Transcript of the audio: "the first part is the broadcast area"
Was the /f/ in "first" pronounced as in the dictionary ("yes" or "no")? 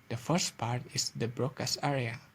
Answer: yes